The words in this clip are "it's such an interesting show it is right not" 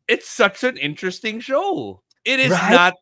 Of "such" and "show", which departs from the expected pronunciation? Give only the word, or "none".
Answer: none